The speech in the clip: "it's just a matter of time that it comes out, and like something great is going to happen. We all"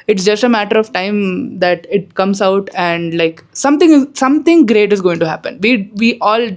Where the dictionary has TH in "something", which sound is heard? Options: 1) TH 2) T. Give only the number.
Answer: 2